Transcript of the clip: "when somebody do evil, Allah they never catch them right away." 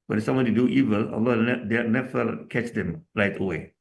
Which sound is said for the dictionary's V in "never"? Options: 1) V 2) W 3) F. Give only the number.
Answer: 3